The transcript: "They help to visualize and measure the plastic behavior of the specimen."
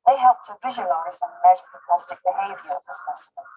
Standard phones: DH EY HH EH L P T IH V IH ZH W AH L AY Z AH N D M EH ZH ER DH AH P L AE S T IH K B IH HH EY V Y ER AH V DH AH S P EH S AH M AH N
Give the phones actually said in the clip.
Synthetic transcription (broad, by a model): DH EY HH EH L P T IH V IH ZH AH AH L AY Z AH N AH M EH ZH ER DH AH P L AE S T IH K B IH HH EY V Y ER AH V DH AH S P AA S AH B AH